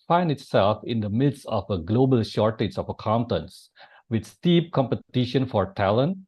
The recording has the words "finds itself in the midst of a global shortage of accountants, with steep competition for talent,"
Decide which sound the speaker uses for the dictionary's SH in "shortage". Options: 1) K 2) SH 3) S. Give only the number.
2